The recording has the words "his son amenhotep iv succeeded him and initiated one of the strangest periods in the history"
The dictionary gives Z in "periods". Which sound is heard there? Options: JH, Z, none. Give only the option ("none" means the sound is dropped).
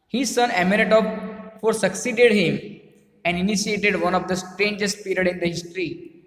none